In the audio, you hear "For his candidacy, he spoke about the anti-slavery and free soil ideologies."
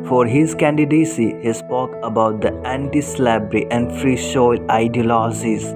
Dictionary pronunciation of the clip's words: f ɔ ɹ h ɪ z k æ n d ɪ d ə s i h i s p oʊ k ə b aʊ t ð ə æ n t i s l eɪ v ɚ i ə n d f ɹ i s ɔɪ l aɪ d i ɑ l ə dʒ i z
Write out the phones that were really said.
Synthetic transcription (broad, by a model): f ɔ ɹ h ɪ z k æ n d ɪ d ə s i h i s p oʊ k ə b aʊ t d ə æ n t i s l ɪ b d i ə n d f ɹ i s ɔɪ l aɪ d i l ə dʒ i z